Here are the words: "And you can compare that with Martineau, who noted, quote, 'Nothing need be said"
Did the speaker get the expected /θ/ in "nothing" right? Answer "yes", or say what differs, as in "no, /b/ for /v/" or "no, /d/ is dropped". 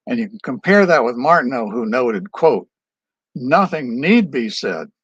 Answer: yes